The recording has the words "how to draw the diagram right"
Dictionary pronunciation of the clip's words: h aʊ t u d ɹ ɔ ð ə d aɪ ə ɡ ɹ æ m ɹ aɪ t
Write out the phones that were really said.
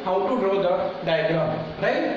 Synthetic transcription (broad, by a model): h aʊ t u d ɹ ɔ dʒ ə d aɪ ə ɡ l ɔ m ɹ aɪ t